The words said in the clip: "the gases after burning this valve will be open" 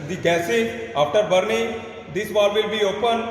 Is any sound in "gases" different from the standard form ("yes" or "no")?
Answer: yes